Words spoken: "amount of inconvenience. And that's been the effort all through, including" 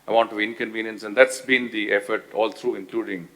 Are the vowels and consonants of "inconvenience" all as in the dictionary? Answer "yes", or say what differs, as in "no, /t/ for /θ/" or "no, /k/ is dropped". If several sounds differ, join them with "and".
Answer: yes